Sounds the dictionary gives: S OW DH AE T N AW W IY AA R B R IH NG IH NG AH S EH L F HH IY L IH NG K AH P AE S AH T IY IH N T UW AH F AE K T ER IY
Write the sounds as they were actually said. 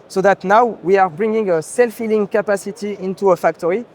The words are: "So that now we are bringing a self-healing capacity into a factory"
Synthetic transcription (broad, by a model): S OW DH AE T N AW W IY AA R B R IH NG IH NG AH S EH L F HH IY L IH NG K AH P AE S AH T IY IH N T UW AH F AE K T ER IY